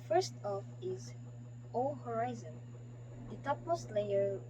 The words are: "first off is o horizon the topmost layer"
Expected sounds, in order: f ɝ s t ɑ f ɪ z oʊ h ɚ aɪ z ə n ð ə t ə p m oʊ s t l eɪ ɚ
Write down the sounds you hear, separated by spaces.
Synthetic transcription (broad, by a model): f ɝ s t ɑ f ɪ z oʊ h ɚ aɪ z ə n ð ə t ə p m oʊ s t l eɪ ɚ